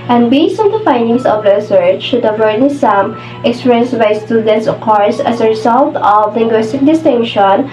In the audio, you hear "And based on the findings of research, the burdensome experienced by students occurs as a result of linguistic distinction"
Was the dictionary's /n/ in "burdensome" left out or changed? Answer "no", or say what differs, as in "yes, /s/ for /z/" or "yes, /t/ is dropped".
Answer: yes, /n/ is dropped